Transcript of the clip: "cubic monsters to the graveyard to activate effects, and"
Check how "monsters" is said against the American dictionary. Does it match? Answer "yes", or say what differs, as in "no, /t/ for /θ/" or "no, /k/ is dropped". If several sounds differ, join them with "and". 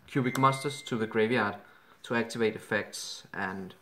no, /n/ is dropped